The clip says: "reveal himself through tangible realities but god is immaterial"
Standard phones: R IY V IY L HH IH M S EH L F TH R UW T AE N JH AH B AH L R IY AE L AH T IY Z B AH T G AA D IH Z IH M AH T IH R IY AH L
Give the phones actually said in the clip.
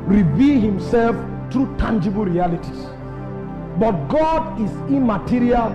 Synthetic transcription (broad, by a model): R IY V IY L HH IH M S EH L F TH R UW T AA N JH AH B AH L R IY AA L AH T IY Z B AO T G AA D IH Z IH M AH T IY R IY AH L